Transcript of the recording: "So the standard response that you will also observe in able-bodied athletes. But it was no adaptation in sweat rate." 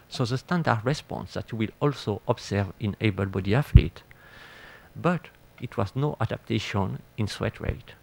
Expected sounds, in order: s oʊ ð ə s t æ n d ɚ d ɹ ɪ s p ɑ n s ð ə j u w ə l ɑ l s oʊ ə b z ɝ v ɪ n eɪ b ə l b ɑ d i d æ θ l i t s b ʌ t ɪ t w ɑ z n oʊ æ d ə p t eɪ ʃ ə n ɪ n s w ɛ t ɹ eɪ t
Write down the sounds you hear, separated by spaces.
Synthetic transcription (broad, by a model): s oʊ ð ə s t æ n d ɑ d ɹ ɪ s p ɑ n s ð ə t w ə l ɑ l s oʊ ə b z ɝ v ɪ n eɪ b ə l b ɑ d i æ f l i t b ʌ t ɪ t w ɑ z n oʊ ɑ d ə p t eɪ ʃ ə n ɪ n s w ɛ t ɹ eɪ t